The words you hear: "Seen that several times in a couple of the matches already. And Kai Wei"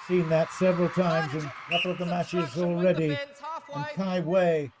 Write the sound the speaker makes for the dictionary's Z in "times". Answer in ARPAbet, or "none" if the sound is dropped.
Z